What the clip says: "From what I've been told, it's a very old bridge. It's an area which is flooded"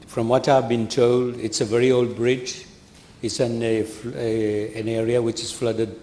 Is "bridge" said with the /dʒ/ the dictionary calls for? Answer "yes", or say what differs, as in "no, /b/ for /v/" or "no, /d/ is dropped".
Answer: yes